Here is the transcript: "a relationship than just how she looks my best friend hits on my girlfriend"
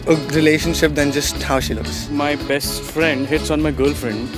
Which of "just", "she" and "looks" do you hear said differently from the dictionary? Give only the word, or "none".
none